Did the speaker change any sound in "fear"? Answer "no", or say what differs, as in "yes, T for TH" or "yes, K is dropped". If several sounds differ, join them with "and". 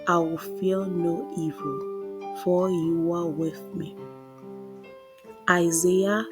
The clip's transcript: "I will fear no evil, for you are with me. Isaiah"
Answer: yes, L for R